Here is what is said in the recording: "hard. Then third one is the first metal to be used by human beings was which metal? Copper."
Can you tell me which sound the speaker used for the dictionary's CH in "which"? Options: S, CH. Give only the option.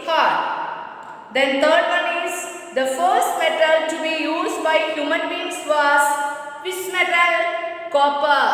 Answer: S